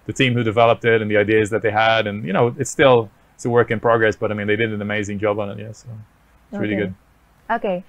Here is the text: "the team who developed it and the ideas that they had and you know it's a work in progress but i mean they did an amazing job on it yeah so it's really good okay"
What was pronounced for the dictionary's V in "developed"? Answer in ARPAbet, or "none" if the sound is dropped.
V